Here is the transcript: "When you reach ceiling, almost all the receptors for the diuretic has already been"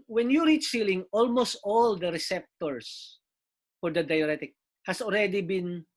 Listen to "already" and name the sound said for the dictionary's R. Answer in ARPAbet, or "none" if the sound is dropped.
L